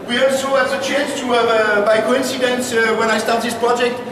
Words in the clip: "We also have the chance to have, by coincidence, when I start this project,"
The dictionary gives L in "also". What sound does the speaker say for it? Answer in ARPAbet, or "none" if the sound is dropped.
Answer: none